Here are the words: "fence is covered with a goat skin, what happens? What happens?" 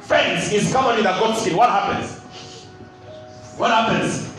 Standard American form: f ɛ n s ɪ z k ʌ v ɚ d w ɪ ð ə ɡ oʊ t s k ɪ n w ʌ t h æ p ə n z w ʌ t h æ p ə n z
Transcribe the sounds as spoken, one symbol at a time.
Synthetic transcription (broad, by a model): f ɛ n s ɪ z k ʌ p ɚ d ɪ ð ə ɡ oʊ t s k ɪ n w ʌ t h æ p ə n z w ʌ t h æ p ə n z